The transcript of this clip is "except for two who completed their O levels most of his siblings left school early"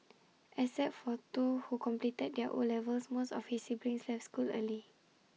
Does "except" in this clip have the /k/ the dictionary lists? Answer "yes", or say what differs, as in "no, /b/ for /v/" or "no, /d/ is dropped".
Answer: no, /k/ is dropped